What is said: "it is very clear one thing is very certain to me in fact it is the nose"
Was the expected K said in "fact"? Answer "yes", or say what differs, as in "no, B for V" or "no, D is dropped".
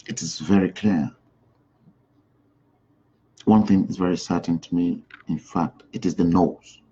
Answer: yes